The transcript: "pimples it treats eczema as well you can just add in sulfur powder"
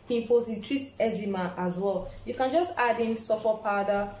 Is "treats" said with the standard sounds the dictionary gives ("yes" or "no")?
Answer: no